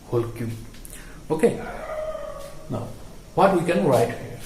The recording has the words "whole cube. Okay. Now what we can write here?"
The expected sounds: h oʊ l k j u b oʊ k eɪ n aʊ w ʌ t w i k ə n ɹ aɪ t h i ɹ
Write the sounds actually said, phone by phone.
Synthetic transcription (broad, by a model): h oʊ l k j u oʊ k eɪ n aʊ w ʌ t w i k ə n ɹ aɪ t